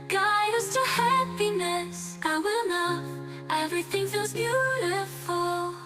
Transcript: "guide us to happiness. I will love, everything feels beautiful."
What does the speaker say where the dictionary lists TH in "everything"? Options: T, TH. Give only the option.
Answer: TH